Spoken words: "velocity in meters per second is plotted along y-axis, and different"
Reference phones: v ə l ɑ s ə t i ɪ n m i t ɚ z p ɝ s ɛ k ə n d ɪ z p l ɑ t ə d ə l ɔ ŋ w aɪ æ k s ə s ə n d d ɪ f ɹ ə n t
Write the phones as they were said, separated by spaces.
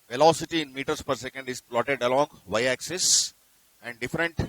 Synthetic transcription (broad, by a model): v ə l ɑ s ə t i ɪ n m i t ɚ s p ɝ s ɛ k ə n d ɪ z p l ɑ t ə d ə l ɔ ŋ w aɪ æ k s ə s ə n d d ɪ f ɹ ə n t